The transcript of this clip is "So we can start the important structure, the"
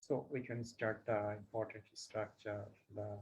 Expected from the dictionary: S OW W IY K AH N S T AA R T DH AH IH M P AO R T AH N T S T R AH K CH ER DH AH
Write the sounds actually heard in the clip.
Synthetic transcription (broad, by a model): S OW W IY K AH N S T AA R T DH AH IH M P AO R T AH N T S T R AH K CH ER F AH